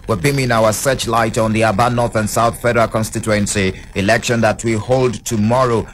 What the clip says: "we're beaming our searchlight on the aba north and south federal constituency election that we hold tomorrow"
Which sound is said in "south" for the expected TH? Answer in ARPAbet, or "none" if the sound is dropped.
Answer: TH